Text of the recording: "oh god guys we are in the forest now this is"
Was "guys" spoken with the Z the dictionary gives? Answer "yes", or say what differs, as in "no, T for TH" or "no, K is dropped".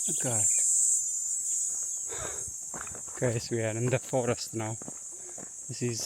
no, S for Z